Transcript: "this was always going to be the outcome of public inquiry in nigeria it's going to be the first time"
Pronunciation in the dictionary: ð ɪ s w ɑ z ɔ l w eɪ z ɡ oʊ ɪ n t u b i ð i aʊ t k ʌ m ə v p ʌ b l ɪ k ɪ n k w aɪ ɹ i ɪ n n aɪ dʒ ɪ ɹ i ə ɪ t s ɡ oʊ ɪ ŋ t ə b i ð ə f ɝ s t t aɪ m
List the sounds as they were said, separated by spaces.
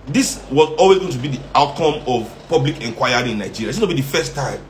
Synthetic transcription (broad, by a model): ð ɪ s w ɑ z ɔ l w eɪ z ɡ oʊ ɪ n t u b i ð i aʊ t k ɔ m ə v p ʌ b l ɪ k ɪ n k w aɪ i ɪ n n aɪ dʒ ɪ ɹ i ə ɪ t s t b i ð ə f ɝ s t t aɪ m